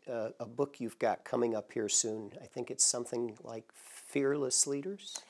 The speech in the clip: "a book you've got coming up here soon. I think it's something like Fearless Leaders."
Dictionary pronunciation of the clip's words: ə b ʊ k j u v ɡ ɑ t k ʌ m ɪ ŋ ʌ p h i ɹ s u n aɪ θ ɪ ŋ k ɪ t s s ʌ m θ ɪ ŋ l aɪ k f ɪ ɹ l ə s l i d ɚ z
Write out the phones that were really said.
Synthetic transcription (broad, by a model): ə b ʊ k j u v ɡ ɑ t k ʌ m ɪ ŋ ʌ p h i ɹ s u n aɪ θ ɪ ŋ k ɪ t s s ʌ m θ ɪ ŋ l aɪ k f ɪ ɹ l ə s l i d ɚ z